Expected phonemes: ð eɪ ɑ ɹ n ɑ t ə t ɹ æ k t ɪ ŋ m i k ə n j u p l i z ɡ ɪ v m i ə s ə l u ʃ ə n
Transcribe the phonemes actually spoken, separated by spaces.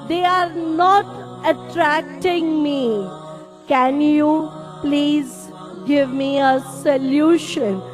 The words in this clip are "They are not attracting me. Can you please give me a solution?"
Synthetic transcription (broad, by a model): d eɪ ɑ ɹ n ɑ t ə t ɹ æ k t ɪ ŋ m i k ə n j u p l i z ɡ ɪ v m i ə s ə l u ʃ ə n